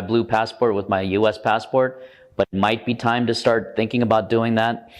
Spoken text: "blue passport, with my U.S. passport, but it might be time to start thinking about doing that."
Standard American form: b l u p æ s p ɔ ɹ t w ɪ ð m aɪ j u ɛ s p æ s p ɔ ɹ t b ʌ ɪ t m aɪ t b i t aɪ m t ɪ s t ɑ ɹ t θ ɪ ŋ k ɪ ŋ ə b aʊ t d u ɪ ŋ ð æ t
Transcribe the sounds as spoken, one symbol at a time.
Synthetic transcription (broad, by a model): b l u p æ s p ɔ ɹ t w ɪ ð m aɪ j u ɛ s p æ s p ɔ ɹ t b ʌ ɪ t m aɪ t b i t aɪ m t ɪ s t ɑ ɹ t θ ɪ ŋ k ɪ ŋ ə b aʊ t d u ɪ ŋ ð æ t